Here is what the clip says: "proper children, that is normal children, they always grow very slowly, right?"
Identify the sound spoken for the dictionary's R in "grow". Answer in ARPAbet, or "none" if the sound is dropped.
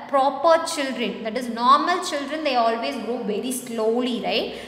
none